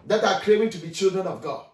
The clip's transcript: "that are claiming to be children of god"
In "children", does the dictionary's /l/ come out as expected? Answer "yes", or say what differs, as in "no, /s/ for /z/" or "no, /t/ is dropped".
yes